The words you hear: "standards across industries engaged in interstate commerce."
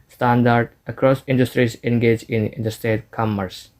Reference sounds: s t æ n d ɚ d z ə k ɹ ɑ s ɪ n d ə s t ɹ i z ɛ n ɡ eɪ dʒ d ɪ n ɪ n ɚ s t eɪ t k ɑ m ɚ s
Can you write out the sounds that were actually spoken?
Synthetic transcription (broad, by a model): s t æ n d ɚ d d ə k ɹ ɑ s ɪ n d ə s t ɹ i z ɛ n ɡ eɪ dʒ ɪ n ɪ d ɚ s t eɪ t k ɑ m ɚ s